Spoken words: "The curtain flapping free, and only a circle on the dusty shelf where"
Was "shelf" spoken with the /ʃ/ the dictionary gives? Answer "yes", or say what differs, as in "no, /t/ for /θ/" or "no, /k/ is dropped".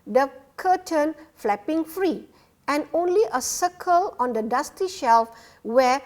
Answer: yes